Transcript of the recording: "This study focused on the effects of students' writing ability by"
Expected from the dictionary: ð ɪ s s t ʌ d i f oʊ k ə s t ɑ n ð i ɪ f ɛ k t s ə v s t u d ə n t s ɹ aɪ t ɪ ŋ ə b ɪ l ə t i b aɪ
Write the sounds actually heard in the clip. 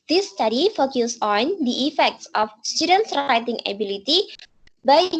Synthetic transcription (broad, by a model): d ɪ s s t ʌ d i f oʊ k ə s ɑ n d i ɪ f ɛ k t s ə f s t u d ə n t s ɹ aɪ t ɪ ŋ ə b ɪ l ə t i b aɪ